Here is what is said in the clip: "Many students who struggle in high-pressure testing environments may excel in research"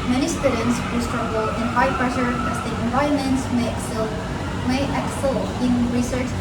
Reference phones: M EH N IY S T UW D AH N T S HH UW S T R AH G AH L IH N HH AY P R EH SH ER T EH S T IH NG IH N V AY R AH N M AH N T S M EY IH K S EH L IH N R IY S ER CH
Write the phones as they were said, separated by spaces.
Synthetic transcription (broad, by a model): M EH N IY S T UW D AH N T S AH S T R AH G AH L IH N HH AY P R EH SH ER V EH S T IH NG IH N V AY R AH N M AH N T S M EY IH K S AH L IH N R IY S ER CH